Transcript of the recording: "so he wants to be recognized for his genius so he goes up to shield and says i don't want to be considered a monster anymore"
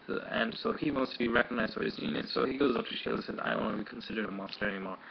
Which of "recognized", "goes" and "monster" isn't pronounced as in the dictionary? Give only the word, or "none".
none